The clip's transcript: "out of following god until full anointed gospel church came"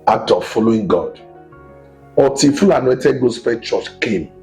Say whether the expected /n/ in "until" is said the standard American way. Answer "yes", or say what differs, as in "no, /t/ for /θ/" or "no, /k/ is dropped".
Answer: no, /n/ is dropped